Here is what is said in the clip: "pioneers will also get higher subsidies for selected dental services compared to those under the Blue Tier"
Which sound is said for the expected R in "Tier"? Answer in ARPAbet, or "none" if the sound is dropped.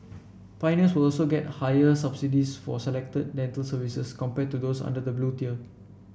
L